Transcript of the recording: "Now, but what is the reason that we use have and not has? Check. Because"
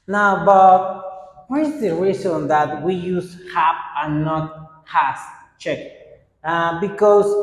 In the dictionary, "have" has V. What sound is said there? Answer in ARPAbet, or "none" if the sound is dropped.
P